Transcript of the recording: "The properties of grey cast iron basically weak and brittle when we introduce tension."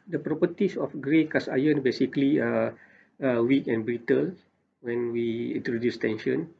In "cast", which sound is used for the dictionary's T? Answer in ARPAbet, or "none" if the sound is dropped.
none